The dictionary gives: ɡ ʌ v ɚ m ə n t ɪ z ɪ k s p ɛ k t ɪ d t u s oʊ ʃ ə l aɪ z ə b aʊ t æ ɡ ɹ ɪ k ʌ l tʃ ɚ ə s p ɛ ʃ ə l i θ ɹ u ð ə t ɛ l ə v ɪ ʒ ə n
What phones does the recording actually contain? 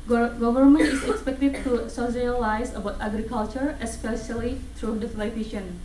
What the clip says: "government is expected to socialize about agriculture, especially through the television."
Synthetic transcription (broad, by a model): ɡ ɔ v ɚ m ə n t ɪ s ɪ k s p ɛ k t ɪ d t u s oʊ s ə l aɪ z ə b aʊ t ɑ ɡ ɹ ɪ k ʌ l tʃ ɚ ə s p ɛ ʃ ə l i t ɹ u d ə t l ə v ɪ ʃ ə n